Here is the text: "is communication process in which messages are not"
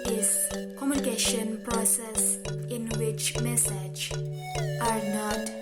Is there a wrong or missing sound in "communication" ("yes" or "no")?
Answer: no